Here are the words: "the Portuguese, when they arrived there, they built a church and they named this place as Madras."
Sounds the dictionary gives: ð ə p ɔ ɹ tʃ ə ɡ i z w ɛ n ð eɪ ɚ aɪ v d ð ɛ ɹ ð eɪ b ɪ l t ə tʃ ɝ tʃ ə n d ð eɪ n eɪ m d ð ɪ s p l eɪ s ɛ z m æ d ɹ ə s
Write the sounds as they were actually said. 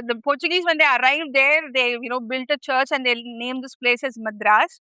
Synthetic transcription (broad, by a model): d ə p ɔ ɹ tʃ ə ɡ i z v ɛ n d eɪ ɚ aɪ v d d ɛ ɹ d eɪ b ɪ l t ə tʃ ɝ tʃ ə n d eɪ n eɪ m d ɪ s p l eɪ s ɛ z m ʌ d ɹ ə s